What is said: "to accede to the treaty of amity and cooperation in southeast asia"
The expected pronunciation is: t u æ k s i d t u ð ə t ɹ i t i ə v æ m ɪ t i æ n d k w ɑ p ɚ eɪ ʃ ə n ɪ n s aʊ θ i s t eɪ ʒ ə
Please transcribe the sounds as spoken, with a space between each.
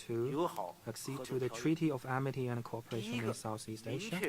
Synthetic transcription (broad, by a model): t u æ k s i d t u ð ə t ɹ i t i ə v æ m ɪ t i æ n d k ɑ p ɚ eɪ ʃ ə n ɪ n s aʊ θ i s t eɪ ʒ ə